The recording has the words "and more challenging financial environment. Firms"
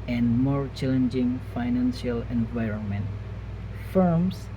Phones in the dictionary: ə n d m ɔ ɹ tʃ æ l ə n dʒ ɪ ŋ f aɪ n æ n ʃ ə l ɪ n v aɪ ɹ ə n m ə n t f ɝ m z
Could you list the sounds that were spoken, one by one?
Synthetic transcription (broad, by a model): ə n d m ɔ ɹ tʃ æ l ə n dʒ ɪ ŋ f aɪ n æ n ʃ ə l ɪ n v aɪ ɹ ə n m ə n t f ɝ m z